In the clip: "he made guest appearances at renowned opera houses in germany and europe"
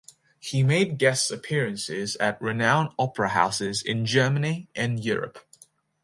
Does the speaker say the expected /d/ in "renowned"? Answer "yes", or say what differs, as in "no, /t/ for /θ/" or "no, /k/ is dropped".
no, /d/ is dropped